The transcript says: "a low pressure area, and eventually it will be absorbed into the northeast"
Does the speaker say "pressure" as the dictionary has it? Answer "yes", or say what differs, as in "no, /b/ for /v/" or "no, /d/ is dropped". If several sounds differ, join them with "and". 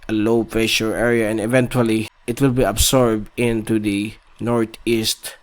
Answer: no, /ɹ/ is dropped